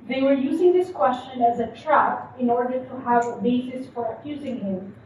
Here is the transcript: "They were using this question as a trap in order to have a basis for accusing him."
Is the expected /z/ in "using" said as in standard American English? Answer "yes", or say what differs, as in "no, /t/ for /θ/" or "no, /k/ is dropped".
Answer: yes